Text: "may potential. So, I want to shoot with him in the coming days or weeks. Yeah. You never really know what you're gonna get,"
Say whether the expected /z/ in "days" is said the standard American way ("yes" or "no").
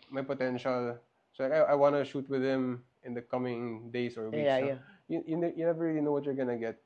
no